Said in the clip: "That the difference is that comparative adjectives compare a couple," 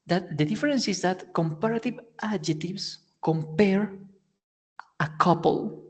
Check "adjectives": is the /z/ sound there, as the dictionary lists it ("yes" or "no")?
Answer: no